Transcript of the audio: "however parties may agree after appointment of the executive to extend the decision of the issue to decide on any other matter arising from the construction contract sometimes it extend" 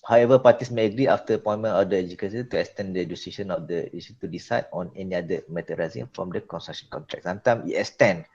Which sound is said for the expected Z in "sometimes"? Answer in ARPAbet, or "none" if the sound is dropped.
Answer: none